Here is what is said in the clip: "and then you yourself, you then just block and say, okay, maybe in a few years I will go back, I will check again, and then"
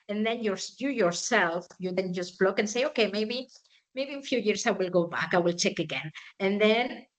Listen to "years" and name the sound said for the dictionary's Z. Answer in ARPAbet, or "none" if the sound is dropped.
S